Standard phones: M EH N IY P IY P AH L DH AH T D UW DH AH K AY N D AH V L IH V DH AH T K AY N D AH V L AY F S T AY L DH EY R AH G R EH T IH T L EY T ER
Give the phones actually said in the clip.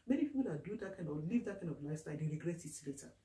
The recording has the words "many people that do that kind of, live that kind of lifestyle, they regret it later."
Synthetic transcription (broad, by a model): M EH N IY P IY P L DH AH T D UW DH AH K AY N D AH L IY V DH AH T K AY N D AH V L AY S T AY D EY R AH G R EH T IH T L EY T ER